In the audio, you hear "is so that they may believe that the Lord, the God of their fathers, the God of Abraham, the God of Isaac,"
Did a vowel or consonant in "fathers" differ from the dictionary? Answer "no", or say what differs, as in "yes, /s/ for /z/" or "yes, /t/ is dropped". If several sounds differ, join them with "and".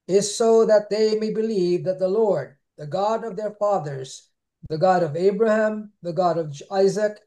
no